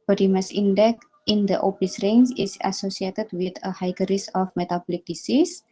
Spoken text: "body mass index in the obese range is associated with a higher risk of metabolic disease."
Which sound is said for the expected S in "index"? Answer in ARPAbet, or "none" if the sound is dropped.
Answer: none